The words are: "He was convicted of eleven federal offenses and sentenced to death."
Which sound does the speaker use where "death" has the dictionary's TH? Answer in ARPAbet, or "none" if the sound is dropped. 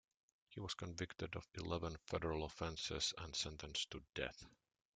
TH